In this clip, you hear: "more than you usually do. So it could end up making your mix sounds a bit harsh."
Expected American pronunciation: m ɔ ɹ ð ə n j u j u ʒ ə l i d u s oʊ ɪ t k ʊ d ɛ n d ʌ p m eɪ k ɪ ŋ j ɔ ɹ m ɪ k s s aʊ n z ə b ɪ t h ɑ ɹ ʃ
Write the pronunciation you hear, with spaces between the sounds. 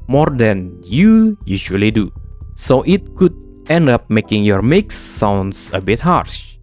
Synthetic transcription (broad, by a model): m ɔ ɹ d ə n j u j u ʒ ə l i d u s oʊ ɪ t k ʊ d ɛ n d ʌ p m eɪ k ɪ ŋ j ɔ ɹ m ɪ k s s aʊ n s ə b ɪ t h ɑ ɹ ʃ